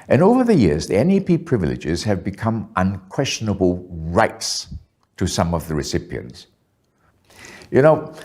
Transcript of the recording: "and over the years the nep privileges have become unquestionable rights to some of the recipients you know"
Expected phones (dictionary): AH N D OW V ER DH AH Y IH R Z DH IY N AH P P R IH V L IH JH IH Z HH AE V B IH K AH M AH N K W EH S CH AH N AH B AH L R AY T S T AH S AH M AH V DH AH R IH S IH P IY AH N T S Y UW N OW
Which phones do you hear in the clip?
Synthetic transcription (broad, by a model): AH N OW V ER DH AH Y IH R Z DH IY N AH P P R IH V L IH JH IH Z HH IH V B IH K AH M AH N K W EH S CH AH N AH B AH L R AY T S T AH S AH M AH V DH AH R IH S IH P IY AH N T S Y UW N OW